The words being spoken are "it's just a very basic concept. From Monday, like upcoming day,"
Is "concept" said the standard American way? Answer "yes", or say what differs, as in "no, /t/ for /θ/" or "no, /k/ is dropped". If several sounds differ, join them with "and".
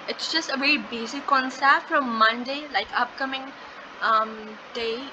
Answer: no, /p/ is dropped